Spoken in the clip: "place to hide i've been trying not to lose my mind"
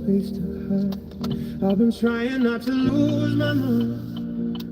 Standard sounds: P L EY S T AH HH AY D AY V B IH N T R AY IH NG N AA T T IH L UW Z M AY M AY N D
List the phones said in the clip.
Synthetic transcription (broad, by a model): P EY S T AH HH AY AY V B IH N T R AY IH NG N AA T T IH L UW Z M AY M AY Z